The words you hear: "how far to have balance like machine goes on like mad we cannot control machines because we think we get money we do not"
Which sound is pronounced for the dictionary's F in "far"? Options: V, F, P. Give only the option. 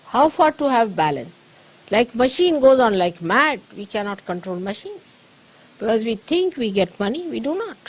F